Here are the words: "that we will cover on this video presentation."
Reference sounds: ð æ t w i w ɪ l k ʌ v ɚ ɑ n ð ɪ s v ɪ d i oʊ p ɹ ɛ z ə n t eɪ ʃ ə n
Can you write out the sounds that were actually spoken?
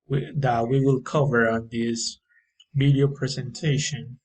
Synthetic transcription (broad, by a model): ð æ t w i w ɪ l k ʌ v ɚ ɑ n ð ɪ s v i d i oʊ p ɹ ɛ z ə n t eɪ ʃ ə n